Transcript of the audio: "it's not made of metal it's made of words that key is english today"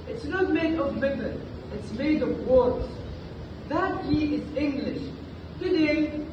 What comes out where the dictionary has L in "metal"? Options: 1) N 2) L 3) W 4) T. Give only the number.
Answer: 1